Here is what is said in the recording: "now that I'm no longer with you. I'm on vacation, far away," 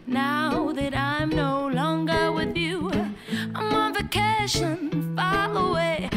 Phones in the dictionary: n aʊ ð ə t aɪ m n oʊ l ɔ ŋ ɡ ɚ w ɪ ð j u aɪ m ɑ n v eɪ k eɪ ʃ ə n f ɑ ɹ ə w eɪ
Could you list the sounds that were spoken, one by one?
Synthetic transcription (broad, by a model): n aʊ ð ə t aɪ m n oʊ l ɔ ŋ ɡ ɚ w ɪ ð j u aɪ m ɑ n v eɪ k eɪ ʃ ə n f ɑ l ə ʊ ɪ